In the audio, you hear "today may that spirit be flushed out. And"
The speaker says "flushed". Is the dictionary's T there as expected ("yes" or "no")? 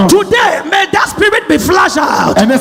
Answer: no